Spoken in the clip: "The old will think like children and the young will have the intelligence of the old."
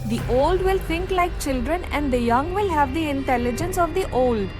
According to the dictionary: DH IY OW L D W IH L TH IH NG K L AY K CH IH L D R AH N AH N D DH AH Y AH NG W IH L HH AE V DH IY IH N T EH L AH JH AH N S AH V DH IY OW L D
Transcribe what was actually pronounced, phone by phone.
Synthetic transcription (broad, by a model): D IY OW L D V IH L T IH NG K L AY K CH IH L D R AH N AH N D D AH Y AH NG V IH L HH AE V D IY IH N T EH L AH JH AH N S AH V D IY OW L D